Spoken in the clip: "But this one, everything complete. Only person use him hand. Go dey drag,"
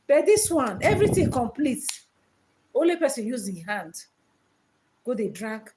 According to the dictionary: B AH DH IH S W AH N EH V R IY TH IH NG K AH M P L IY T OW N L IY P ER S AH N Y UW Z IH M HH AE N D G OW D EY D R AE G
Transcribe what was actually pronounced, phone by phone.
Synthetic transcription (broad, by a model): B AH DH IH S W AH N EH V R IY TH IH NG K AH M P L IY T OW N L IY P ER S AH N Y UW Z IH HH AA N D G OW D EY D R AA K